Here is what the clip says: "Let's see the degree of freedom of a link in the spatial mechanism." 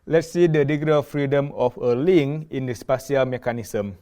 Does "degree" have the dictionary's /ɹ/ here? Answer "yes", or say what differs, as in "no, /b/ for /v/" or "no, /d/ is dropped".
no, /ɹ/ is dropped